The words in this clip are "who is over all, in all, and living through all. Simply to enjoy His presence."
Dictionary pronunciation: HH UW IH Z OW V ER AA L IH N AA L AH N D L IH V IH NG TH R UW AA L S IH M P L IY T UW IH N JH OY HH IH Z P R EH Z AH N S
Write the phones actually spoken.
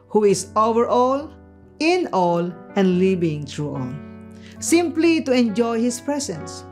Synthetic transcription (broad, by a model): HH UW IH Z OW V ER AA L IH N AA L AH N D L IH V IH NG T R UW AA L S IH M P L IY T UW IH N JH OY HH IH S P R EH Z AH N S